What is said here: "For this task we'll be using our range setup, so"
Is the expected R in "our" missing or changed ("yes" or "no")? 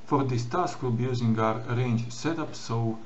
no